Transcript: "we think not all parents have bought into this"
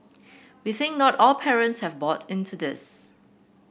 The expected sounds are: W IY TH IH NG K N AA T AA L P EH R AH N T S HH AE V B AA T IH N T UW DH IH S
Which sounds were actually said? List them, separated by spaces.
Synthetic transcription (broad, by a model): W IY TH IH NG K N AA T AA L P EH R AH N T S HH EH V B AA T IH N T UW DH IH S